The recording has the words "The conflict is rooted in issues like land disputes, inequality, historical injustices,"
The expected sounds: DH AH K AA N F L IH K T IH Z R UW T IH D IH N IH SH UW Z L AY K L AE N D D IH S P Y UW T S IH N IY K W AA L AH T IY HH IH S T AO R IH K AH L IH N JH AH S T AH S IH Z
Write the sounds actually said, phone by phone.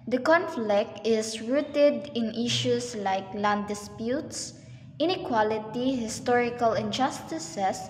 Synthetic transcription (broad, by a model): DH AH K AA N F L IH K T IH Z R UW T IH D IH N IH SH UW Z L AY K L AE N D D IH S P Y UW T S IH N IY K W AA L AH T IY HH IH S T AO R IH K AH L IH N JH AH S T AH S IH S